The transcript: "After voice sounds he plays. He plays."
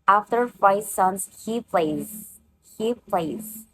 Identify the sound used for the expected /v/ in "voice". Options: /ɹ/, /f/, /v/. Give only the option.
/f/